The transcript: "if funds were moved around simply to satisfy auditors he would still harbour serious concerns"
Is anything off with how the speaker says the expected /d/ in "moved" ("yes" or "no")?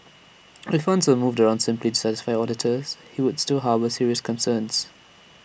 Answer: no